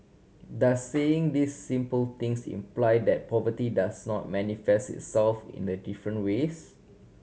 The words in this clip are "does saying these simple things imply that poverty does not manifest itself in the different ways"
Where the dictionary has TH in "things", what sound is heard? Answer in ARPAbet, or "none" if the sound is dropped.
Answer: T